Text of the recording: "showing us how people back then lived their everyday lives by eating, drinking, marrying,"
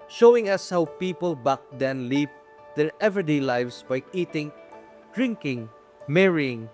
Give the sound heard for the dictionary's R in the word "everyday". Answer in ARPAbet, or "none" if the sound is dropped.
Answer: none